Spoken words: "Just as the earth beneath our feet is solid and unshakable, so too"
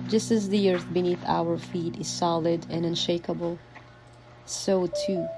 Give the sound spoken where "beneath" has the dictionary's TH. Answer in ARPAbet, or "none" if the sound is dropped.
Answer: TH